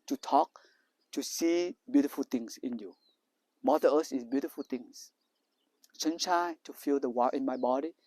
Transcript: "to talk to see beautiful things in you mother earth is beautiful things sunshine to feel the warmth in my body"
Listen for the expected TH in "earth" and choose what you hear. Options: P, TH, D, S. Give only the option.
S